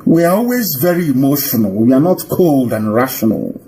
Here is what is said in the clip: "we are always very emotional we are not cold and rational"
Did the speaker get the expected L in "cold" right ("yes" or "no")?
yes